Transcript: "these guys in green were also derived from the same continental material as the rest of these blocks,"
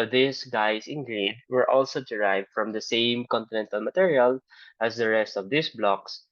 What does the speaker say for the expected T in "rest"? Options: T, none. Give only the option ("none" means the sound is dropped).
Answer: T